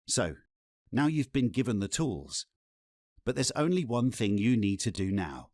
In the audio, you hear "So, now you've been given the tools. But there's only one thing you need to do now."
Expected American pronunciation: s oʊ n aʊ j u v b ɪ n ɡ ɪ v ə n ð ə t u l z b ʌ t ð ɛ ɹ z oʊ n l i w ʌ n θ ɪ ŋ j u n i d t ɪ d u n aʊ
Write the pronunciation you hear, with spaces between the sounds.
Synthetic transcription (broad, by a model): s oʊ n aʊ j u v b ɪ n ɡ ɪ v ə n ð ə t u l z b ʌ t ð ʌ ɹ z oʊ n l i w ʌ n θ ɪ ŋ j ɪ n i d t ɪ d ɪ n aʊ